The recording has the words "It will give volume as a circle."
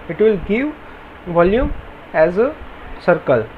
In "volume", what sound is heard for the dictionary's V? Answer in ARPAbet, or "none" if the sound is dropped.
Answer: V